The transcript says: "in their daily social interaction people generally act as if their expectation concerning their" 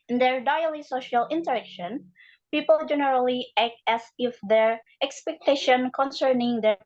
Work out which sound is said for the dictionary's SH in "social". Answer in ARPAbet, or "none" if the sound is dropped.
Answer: SH